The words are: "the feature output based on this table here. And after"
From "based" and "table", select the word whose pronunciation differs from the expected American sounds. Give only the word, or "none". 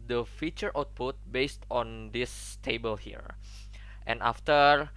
none